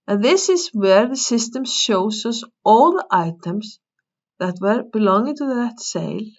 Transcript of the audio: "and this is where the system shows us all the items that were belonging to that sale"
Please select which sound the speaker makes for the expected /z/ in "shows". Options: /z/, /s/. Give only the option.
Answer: /s/